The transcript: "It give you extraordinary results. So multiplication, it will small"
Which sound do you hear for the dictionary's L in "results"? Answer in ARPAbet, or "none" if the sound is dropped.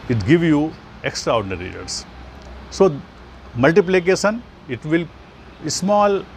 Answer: none